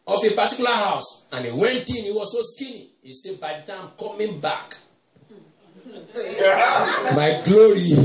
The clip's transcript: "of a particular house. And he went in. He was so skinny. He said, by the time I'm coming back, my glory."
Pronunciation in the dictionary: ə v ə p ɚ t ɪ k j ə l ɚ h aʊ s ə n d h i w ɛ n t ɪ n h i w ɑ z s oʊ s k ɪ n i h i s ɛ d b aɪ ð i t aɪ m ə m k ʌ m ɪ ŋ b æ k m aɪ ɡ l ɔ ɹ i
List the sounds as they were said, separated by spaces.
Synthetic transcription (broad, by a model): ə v ə p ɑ t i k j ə l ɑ h aʊ s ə n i w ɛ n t ɪ n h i w ɑ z s oʊ s k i n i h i s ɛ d b aɪ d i t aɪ ə m k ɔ m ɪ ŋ b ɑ k m aɪ ɡ l ɔ ɹ i